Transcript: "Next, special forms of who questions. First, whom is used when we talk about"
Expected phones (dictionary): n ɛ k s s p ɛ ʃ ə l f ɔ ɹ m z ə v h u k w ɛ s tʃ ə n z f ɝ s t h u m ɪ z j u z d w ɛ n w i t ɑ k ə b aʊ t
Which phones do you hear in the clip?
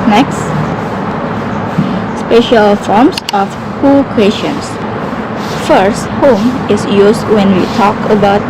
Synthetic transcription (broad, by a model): n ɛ k s s p ɛ ʃ ə l f ɔ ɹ m s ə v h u k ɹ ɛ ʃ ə n s f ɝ s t h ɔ m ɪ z j u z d w ɛ n w i t ɑ k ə b aʊ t